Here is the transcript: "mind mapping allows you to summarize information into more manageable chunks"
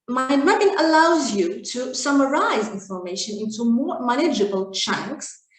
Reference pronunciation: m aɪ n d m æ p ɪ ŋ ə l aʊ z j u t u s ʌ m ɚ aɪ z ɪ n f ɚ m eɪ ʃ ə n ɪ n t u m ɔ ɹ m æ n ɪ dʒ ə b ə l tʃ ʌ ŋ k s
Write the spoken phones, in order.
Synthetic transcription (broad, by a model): m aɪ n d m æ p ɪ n ə l aʊ z j u t u s ʌ m ɚ aɪ z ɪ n f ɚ m eɪ ʃ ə n ɪ n t u m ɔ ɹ m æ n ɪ dʒ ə b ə l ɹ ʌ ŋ k s